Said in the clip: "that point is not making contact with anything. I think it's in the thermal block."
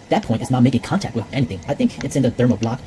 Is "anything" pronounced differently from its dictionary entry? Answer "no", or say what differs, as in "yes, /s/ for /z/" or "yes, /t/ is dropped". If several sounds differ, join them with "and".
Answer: no